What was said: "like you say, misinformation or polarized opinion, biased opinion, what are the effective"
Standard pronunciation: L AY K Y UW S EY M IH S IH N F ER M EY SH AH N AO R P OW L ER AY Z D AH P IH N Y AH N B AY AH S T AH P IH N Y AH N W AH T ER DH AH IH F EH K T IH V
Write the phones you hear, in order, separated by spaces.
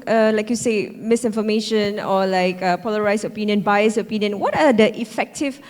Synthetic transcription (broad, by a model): L AY K Y UW S EY M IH S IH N F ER M EY SH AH N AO L P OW L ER AY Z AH P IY N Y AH N B AY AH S AH P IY N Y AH N W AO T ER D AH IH F EH K T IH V